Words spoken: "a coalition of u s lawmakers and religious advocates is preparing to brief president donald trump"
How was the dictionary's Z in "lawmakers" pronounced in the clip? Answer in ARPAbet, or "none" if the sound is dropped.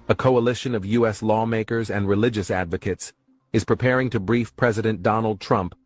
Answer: Z